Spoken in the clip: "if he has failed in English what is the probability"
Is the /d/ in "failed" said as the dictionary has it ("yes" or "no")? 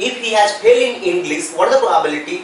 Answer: no